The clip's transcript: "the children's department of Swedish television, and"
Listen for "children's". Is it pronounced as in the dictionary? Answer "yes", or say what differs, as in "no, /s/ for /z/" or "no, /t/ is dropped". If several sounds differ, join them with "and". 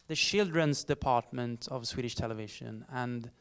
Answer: no, /ʃ/ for /tʃ/